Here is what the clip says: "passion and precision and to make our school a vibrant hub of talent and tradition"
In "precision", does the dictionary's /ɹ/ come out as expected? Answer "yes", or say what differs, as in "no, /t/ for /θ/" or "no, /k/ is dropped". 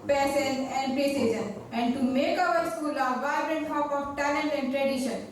no, /ɹ/ is dropped